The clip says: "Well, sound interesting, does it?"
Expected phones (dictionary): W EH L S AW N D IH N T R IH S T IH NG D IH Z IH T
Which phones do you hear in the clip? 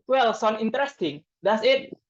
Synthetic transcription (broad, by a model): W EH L S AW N IH N T R IH S T IH NG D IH S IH T